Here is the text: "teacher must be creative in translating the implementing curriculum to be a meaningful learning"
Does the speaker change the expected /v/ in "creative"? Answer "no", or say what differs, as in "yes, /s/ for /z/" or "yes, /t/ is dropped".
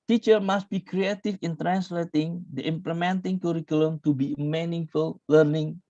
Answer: yes, /f/ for /v/